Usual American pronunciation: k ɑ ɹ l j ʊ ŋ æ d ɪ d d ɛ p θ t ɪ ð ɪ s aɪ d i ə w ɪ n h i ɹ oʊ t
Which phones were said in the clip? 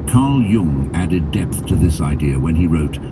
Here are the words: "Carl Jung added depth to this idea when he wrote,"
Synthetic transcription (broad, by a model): k ɑ ɹ l j ʊ ŋ æ d ɪ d d ɛ p θ t ɪ ð ɪ s aɪ d i ə w ɪ n i ɹ oʊ t